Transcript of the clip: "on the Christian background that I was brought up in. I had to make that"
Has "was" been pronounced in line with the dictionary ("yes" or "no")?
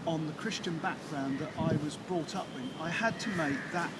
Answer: yes